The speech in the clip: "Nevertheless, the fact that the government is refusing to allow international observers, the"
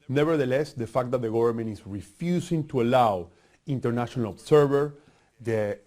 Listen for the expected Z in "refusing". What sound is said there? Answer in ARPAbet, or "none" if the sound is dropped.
S